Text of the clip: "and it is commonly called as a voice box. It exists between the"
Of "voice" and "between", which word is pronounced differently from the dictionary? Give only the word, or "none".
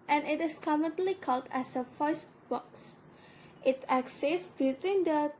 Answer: voice